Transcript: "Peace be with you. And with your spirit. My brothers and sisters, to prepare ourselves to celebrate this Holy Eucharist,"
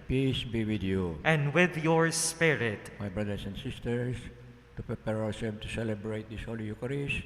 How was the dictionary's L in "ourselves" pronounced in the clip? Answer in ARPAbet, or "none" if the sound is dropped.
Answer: none